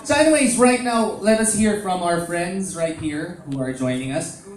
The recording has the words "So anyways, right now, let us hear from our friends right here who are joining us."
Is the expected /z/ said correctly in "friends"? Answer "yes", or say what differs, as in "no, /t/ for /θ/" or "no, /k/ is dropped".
yes